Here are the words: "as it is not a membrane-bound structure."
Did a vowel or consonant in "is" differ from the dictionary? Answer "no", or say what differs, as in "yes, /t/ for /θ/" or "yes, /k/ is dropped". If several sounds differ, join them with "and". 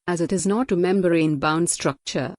no